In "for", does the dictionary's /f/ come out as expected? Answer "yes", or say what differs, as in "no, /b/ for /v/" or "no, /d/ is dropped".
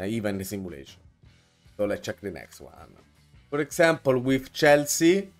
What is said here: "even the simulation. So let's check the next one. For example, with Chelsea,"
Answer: no, /p/ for /f/